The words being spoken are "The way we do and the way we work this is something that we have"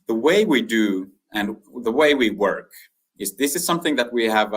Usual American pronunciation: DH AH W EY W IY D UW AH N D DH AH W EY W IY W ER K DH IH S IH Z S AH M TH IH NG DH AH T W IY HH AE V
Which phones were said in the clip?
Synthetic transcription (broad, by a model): DH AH W EY W IY D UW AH N DH AH W EY W IY W ER K DH IH S IH Z S AH M TH IH NG DH AH T W IY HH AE V